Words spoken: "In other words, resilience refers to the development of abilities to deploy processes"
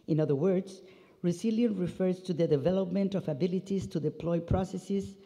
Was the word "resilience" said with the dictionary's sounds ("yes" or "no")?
no